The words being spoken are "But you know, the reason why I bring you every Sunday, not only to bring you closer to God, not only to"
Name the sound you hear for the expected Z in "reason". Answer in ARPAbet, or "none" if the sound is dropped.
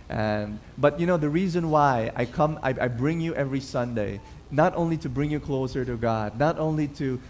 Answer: Z